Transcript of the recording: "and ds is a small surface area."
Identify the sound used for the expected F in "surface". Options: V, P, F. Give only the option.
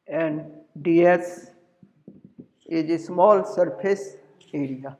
P